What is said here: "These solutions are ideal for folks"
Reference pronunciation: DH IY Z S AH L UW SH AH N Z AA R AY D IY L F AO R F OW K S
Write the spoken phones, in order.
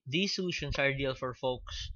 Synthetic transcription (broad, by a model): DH IY S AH L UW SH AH N S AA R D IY L F AO R F OW K S